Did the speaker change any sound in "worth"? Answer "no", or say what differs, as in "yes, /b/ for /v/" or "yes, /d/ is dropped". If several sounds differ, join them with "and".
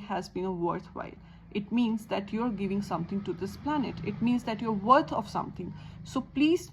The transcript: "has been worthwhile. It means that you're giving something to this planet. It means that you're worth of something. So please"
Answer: yes, /t/ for /θ/